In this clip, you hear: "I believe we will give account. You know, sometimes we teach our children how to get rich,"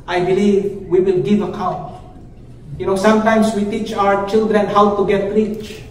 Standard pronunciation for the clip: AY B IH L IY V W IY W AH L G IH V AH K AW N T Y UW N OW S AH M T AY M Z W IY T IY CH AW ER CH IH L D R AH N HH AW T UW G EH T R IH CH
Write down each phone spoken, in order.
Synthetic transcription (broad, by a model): AY B IH L IY V W IY W AH L G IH V AH K AW N T Y UW N OW S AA M T AY M S W IY T IY CH AW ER CH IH L D R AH N HH AW T UW G EH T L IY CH